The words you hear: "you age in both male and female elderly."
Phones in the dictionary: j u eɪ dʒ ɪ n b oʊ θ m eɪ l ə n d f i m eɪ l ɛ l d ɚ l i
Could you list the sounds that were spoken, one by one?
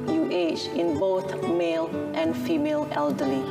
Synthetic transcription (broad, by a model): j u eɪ tʃ ɪ n b oʊ θ m eɪ l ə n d f i m eɪ l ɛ l d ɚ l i